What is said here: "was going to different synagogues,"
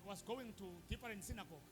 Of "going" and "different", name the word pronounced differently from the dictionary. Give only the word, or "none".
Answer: different